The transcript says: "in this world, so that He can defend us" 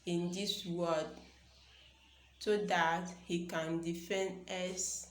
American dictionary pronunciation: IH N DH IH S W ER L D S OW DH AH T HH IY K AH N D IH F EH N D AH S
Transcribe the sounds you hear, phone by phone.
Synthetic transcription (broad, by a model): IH N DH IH S W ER D S OW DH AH T HH IY K AH N D IH F EH N D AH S